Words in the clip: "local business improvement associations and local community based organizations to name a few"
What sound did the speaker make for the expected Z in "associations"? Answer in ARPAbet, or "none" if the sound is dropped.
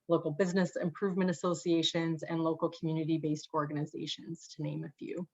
Z